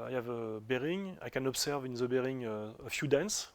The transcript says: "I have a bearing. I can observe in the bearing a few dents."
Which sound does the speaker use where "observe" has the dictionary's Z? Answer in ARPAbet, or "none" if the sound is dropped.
S